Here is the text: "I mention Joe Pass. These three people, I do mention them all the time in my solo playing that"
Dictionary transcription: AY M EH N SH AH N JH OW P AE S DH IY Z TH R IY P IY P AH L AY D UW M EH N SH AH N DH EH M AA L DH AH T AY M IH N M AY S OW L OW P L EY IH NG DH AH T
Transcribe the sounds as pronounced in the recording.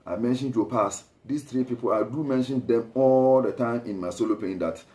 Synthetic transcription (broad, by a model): AY M EH N SH AH N JH OW P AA S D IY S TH R IY P IY P AH L AY D UW M EH N SH AH N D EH M AA L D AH T AY M IH N M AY S OW L OW P EY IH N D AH T